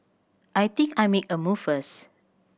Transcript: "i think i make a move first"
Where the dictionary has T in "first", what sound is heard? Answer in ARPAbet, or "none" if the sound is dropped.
none